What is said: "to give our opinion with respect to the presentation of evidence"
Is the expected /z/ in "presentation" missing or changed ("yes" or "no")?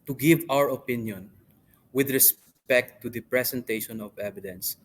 yes